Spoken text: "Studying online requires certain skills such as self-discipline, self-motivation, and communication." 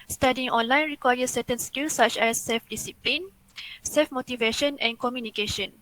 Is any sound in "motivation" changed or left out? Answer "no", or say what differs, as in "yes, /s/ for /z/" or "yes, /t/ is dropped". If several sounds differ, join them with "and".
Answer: no